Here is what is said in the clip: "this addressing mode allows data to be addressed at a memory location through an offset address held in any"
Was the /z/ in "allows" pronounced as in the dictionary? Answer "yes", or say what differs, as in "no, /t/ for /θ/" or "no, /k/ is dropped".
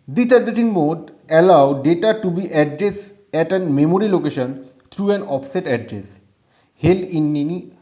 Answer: no, /z/ is dropped